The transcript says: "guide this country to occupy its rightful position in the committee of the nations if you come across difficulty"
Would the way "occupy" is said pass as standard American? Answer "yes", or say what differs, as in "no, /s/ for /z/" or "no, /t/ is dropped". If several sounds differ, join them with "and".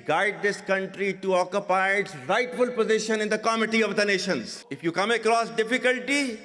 yes